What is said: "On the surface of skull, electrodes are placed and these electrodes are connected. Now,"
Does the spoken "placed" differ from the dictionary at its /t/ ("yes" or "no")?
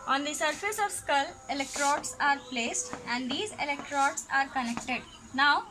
no